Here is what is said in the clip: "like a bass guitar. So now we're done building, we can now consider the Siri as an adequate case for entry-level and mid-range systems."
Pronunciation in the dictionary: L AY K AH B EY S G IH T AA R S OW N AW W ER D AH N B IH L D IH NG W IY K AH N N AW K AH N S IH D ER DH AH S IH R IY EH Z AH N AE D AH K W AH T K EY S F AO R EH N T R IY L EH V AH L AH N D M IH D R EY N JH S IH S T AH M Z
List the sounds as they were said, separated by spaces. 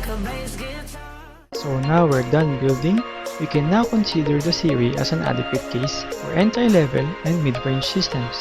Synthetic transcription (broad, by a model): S S OW N AW W ER D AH N B IH L D IH NG W IY K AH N N AW K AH N S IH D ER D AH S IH R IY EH S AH N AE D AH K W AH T K EY S F AO R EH N T IY L EH V AH L AH N D M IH D R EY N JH S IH S T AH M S